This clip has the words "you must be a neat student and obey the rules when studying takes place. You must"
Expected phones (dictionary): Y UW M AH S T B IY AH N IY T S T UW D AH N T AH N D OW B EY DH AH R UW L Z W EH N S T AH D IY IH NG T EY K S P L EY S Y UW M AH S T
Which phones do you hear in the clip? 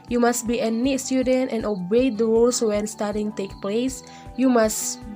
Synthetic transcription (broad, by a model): Y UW M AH S T B IY AH N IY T S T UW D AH N T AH N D OW B EY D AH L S W EH N S T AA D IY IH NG T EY K P L EY S Y UW M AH S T